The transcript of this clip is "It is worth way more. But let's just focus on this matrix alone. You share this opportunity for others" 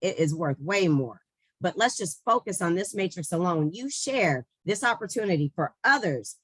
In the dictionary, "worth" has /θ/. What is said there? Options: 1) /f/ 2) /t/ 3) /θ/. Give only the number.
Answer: 3